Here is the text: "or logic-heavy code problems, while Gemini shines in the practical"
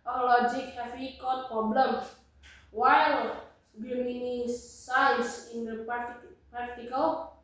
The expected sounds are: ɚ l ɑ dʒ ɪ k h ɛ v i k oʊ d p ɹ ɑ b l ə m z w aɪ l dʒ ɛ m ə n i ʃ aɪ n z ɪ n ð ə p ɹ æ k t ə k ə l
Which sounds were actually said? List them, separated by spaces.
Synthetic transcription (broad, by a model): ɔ l ɑ dʒ ɪ k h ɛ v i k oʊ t p ɹ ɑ b l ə m w aɪ l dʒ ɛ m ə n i s aɪ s ɪ n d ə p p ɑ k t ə k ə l